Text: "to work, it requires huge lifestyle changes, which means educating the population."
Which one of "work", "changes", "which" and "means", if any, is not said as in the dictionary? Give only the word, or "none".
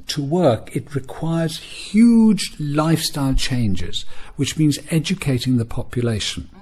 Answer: none